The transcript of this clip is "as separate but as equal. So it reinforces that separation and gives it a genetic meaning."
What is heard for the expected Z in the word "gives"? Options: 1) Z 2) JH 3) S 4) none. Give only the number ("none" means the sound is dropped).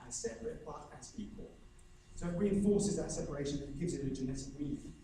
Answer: 1